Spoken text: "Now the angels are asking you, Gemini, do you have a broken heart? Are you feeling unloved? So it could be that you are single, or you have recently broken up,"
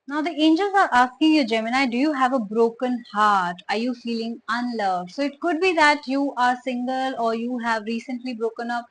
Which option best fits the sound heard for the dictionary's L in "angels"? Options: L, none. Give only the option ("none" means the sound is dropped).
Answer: L